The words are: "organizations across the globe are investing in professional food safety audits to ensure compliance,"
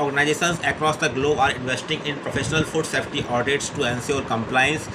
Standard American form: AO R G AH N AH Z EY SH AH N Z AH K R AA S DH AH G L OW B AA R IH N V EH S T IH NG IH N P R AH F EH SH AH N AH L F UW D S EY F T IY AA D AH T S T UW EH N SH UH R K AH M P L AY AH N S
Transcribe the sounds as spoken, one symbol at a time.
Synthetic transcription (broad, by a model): AO R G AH N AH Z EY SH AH N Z AH K R AA S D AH G L OW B AA R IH N V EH S T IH NG IH N P R AH F EH SH AH N AH L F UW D S EY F T IY AA D AH T S T UW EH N S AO R K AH M P L AY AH N S